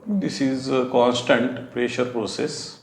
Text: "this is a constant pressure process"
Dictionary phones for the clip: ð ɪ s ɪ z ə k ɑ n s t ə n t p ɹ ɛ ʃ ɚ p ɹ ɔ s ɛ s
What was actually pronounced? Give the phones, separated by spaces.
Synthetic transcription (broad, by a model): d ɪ s ɪ z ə k ɑ n s t ə n t p ɹ ɛ ʃ ɚ p ɹ ɔ s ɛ s